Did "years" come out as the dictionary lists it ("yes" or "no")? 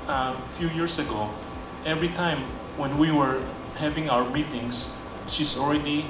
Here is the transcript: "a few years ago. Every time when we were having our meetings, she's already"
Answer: no